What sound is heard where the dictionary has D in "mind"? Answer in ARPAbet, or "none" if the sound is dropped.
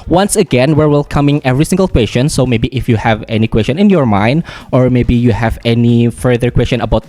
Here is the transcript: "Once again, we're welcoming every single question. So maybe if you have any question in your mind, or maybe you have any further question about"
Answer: D